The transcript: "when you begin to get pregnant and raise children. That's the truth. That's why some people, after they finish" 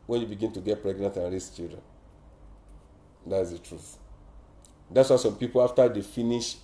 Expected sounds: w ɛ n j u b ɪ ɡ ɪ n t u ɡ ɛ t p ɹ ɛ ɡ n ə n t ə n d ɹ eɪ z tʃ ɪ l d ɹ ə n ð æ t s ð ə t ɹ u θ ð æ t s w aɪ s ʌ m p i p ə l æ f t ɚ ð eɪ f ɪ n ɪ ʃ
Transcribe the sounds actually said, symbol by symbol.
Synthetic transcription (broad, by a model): w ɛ n j u b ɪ ɡ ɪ n t u ɡ ɛ t p ɹ ɛ ɡ n ə n t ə n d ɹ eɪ s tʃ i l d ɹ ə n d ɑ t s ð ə t ɹ u θ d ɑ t s w aɪ s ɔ m p i p ə l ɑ f t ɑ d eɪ f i n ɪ ʃ